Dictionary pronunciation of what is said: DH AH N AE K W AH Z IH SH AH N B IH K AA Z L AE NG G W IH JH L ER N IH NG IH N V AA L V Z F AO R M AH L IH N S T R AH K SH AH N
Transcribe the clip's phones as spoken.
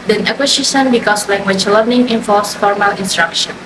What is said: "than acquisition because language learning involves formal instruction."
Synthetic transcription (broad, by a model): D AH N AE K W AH S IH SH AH N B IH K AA S L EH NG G W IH CH L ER N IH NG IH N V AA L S F AO R M AH L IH N S T R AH K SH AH N